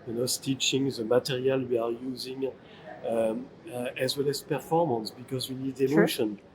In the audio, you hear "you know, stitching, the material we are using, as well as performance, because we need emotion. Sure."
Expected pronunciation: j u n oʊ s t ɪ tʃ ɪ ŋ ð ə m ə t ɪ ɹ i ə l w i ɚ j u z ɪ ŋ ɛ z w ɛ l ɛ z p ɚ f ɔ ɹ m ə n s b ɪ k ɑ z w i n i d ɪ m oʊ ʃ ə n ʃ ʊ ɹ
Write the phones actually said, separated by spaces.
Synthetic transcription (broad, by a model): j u n oʊ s t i tʃ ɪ ŋ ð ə m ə t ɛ ɹ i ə l w i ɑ j u z ɪ ŋ ɛ z w ɛ l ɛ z p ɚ f ɔ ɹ m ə n s b ɪ k ɑ z w i n i d ɪ m oʊ ʃ ə n